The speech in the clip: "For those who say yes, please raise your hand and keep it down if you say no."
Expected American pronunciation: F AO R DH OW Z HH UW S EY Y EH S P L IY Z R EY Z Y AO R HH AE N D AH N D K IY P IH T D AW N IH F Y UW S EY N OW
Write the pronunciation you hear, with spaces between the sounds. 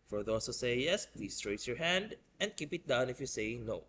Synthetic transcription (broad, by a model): F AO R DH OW S HH UW S EY Y EH S P L IY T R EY S Y AO R HH AE N D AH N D K IY P IH T D AW N IH F Y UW S EY N OW